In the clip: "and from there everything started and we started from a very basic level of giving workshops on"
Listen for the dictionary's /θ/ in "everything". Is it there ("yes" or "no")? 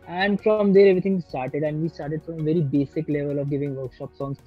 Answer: no